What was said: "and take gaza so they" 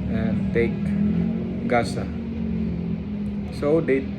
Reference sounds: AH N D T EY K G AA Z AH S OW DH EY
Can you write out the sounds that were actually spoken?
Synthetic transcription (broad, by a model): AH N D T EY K G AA S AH S OW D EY